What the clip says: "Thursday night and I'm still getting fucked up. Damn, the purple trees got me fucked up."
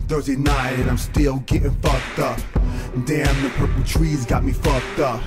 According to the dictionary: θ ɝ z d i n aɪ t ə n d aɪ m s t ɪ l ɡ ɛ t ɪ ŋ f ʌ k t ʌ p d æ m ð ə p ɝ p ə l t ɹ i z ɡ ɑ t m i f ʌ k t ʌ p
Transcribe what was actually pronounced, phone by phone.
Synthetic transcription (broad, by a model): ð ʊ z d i n aɪ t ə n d aɪ m s t ɪ l ɡ ɛ t ɪ ŋ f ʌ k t ʌ p d æ m ð ə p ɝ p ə t ɹ i z ɡ ɑ t m i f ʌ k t ʌ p